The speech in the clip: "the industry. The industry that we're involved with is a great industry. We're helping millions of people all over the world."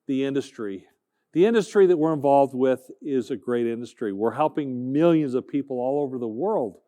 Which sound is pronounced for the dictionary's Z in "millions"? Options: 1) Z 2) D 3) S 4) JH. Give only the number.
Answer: 1